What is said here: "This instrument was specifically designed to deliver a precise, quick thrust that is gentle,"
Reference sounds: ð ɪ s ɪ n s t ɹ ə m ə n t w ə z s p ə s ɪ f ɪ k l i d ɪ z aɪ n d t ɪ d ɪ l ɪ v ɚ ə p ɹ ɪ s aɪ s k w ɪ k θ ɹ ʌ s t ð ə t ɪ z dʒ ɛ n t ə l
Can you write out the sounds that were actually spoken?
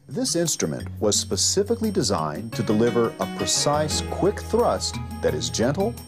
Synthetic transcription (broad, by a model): ð ɪ s ɪ n s t ɹ ə m ə n t w ə z s p ə s ɪ f ɪ k l i d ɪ z aɪ n t ɪ d ɪ l ɪ v ɚ ə p ɹ ɪ s aɪ s k w ɪ k θ ɹ ʌ s t ð ə t ɪ z dʒ ɛ n t l